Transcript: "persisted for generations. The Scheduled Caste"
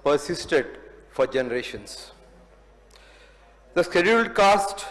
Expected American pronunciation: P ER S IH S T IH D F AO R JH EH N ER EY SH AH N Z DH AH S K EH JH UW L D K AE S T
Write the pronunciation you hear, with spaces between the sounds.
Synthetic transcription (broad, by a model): P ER S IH S T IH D F AO R JH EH N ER EY SH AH N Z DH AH S K EH JH UW L D K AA S T